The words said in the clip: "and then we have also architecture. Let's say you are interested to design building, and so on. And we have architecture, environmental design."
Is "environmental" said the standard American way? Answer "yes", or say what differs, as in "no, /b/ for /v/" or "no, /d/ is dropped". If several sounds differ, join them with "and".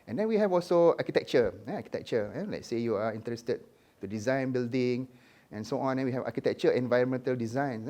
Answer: yes